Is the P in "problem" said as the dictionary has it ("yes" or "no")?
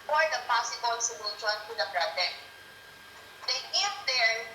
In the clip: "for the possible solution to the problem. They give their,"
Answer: no